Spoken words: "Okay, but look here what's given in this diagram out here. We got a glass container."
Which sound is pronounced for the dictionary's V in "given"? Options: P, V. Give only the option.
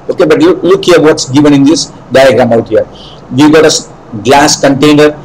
V